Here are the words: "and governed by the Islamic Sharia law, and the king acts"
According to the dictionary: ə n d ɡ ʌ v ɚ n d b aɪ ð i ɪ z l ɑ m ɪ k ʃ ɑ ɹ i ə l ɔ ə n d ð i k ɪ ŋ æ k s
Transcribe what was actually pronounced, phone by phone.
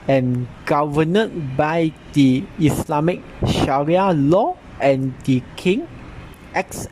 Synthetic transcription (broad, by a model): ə n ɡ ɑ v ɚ n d b aɪ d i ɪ s l ɑ m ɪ k ʃ ɑ ɹ i ə l ɔ ə n d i k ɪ ŋ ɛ k s